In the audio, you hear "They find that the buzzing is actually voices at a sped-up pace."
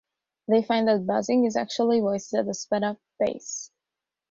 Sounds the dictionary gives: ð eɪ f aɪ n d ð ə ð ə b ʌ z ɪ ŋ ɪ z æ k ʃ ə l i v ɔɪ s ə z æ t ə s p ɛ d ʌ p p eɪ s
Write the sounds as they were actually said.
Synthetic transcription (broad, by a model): ð eɪ f aɪ n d ð ə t b ʌ z ɪ ŋ ɪ z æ k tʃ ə l i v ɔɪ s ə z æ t ə s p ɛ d ʌ p b eɪ s